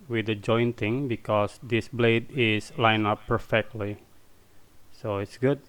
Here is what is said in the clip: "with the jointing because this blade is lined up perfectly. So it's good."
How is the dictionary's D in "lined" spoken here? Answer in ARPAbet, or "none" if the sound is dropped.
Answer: none